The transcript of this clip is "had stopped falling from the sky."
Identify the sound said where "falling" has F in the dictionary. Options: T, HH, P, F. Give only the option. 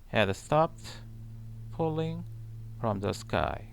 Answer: P